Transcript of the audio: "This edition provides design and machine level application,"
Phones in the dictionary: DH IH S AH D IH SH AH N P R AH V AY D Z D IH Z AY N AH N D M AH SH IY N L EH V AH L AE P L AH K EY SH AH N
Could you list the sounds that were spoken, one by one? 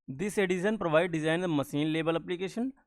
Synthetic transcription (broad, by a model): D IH S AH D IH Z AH N P R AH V AY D D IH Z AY AH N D M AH S IY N L EH B AH L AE P L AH K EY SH AH N